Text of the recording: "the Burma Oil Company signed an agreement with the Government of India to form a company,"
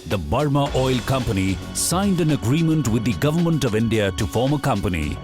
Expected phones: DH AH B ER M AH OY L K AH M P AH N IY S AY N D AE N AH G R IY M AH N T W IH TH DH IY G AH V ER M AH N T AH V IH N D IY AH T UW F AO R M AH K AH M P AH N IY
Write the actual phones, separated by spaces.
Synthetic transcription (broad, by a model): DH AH B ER M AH OY L K AH M P AH N IY S AY N D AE N AH G R IY M AH N T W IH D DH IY G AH V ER M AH N T AH V IH N D IY AH T UW F AO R M AH K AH M P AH N IY